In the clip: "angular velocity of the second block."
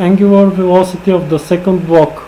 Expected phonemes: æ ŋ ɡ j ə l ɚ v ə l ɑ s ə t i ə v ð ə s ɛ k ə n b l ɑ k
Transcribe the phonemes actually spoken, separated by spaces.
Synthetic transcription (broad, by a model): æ ŋ ɡ j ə l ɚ v ə l ɑ s ə t i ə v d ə s ɛ k ə n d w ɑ k